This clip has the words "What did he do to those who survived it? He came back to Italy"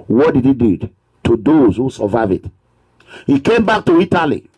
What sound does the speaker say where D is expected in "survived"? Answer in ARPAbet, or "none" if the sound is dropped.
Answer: none